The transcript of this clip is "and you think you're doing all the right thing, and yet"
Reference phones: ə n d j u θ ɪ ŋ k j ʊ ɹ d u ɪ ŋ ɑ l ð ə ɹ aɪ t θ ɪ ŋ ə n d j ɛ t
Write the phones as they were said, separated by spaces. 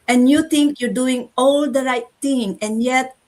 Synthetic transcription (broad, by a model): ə n j u t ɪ ŋ k j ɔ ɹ d u ɪ ŋ ɑ l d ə ɹ aɪ t t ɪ ŋ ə n j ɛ t